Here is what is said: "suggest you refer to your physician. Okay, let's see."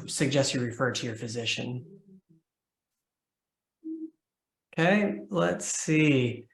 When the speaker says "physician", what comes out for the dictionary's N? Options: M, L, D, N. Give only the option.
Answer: N